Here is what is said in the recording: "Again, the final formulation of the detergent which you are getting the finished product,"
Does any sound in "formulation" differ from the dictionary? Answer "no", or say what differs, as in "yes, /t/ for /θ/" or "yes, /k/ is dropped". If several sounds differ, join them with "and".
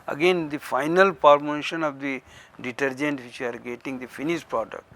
yes, /p/ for /f/ and /l/ is dropped